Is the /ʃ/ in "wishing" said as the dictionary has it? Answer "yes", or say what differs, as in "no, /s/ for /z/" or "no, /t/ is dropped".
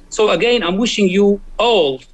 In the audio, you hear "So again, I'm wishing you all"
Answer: yes